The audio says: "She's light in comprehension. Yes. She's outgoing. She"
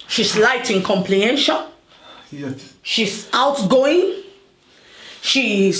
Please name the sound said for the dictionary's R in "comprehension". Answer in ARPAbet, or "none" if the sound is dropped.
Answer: L